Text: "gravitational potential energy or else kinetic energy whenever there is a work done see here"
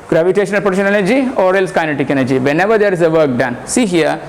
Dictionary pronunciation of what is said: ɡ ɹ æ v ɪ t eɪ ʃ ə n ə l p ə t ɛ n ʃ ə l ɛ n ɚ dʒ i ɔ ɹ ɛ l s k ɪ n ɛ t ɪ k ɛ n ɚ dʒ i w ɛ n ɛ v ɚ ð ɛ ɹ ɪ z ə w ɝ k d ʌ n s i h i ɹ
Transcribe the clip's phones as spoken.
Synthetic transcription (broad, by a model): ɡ ɹ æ v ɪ t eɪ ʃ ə n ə l p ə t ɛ ʃ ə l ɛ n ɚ dʒ i ɔ ɹ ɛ l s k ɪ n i t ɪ k ɛ n ɚ dʒ i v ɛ n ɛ v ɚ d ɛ ɹ ɪ z ə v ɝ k d ʌ n s i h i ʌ